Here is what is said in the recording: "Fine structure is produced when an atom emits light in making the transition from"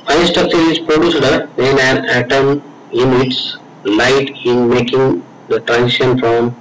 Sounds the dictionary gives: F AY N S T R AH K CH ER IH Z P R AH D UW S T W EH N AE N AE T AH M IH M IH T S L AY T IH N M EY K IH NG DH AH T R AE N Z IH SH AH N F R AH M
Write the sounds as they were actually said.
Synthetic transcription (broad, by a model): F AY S T AH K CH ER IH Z P R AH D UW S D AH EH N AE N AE T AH M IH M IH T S L AY T IH N M EY K IH NG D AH T R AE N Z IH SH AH N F R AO M